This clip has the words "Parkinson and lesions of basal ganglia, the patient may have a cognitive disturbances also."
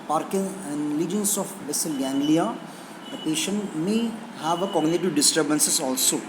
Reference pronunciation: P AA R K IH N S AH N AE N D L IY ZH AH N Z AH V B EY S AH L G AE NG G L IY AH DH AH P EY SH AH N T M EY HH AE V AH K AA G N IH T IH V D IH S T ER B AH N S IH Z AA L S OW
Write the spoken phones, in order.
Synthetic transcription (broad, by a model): P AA R K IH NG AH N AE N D L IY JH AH N S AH F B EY S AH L G AE NG G L IY AH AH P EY SH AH N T M EY HH AE V AH K AA G N IH T IH V D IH S T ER B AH N S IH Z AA L S OW